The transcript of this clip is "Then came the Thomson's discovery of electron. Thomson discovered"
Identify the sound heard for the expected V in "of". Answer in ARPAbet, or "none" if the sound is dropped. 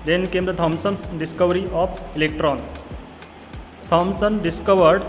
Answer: P